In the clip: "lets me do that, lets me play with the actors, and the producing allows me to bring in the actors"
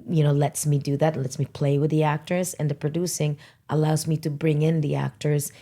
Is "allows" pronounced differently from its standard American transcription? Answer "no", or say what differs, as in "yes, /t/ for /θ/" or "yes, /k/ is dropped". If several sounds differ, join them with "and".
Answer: no